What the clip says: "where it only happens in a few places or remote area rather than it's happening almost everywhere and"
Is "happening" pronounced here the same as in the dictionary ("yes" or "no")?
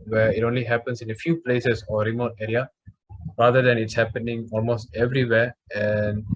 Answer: yes